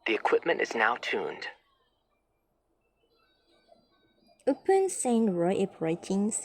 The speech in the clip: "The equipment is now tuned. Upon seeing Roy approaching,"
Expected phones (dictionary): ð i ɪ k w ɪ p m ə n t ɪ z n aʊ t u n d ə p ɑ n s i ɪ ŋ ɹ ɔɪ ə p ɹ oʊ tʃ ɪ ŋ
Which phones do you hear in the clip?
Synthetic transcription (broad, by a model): ð i ɪ k w ɪ p m ə n t ɪ z n aʊ t u n d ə p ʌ n s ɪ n ɹ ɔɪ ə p ɹ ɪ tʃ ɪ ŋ